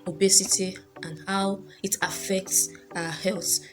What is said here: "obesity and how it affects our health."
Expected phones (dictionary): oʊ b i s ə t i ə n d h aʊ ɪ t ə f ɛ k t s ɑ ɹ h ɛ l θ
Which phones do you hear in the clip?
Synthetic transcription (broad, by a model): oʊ b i s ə t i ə n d h aʊ ɪ t ə f ɛ k t s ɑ h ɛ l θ